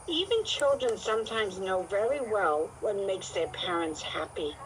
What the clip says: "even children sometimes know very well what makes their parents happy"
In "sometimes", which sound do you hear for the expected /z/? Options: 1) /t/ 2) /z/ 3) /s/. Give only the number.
2